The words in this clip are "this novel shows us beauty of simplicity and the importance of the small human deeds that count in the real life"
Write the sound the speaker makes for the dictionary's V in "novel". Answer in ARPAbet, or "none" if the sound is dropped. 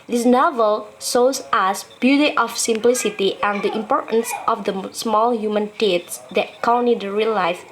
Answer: V